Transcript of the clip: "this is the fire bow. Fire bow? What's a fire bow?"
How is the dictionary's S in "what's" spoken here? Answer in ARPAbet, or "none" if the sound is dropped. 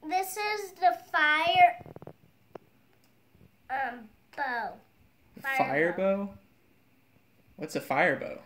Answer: S